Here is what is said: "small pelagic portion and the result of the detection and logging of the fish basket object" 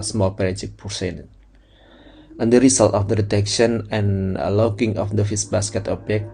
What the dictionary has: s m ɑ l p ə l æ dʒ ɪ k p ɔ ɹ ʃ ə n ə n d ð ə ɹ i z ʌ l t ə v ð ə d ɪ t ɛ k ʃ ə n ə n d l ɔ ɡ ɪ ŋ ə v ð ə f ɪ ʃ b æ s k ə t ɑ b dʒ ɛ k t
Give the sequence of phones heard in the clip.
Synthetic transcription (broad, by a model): s m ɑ l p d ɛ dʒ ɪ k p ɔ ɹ s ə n ə n d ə ɹ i s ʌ l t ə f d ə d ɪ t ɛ k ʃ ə n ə n l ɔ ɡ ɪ ŋ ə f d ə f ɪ s b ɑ s k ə t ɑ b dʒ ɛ k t